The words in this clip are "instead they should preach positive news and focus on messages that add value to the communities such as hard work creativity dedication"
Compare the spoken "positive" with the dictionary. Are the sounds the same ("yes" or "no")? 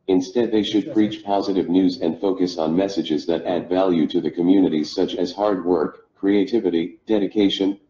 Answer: yes